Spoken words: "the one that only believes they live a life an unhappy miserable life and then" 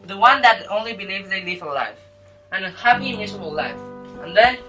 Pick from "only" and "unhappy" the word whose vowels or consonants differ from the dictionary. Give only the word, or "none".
unhappy